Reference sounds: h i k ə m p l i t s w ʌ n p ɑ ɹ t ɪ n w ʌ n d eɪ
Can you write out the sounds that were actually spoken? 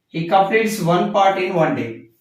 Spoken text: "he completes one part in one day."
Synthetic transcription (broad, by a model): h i k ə p i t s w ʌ n p ɑ ɹ t ɪ n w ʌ n d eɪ